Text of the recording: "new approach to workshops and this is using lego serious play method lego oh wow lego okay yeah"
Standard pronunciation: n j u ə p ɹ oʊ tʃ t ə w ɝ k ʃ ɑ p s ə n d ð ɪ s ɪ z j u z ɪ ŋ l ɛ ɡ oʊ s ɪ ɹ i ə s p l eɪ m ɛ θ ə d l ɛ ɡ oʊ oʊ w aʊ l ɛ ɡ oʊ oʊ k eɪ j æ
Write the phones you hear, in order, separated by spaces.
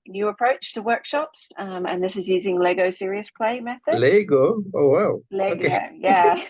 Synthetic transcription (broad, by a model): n j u ə p ɹ oʊ tʃ t ə w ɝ k ʃ ɑ p s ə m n ð ɪ s ɪ z j u z ɪ ŋ l ɛ ɡ oʊ s ɪ ɹ i ə s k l eɪ m ɛ θ ə d l ɛ ɡ oʊ oʊ w aʊ l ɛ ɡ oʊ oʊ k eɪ j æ